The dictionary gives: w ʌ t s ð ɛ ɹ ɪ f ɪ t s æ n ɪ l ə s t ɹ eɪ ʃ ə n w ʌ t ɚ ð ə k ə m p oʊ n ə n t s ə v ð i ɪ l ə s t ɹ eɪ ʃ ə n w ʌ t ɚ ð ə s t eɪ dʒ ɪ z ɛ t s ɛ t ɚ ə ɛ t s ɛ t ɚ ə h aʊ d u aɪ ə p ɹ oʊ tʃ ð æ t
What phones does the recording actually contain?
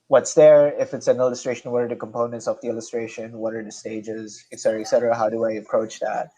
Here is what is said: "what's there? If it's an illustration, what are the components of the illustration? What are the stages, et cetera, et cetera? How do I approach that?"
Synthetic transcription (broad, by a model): w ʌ t s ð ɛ ɹ ɪ f ɪ t s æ n ɪ l ə s t ɹ eɪ ʃ ə n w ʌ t ɚ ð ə k ə m p oʊ n ə n t s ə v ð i ɪ l ə s t ɹ eɪ ʃ ə n w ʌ t ɚ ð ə s t eɪ dʒ ɪ z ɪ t s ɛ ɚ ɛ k s ɛ t ɚ ə h aʊ d u aɪ ə p ɹ oʊ tʃ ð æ t